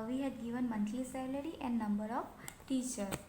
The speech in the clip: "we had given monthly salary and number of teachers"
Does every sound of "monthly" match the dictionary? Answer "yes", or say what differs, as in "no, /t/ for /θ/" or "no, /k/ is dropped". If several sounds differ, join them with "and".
no, /t/ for /θ/